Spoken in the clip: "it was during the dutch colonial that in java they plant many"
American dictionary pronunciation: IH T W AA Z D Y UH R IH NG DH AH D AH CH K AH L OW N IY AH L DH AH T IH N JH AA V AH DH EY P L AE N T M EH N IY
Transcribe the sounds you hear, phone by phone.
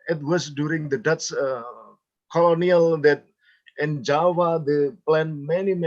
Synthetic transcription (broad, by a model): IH T W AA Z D Y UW R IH NG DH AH D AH S K AH L OW N IY AH L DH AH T IH N JH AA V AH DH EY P L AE N M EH N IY